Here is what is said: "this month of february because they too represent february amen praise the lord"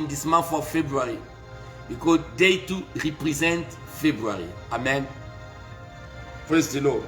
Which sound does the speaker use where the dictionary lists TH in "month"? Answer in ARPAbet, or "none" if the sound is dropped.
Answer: F